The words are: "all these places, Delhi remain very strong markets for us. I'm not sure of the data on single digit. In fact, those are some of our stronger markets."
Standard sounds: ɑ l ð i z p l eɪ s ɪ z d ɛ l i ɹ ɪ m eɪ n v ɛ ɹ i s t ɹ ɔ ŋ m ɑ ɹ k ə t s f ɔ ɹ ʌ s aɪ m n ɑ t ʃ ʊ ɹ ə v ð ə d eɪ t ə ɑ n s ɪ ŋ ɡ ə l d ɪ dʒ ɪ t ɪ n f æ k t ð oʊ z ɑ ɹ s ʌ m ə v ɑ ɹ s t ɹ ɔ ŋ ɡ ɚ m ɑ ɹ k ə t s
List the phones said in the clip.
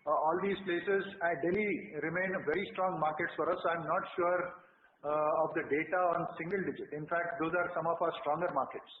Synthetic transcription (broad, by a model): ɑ l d i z p l eɪ s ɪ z d ɛ l i ɹ ɪ m eɪ n v ɛ ɹ i s t ɹ ɔ ŋ m ɑ ɹ k ə t s f ɔ ɹ ʌ s aɪ m n ɑ t ʃ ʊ ɹ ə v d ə d eɪ t ə ɑ n s ɪ ŋ ɡ ə l d ɪ dʒ ɪ t ɪ n f æ k t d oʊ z ɑ ɹ s ʌ m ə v ɑ ɹ s t ɹ ɔ ŋ ɡ ɚ m ɑ ɹ k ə t s